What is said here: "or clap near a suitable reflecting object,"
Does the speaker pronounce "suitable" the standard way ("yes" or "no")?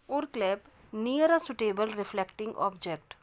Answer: yes